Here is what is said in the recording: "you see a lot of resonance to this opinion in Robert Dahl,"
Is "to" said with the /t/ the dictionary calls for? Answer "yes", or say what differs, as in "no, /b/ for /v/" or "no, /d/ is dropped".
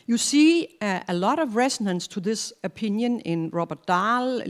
yes